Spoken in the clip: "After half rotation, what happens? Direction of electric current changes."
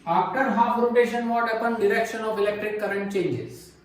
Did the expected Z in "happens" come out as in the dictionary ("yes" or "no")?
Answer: no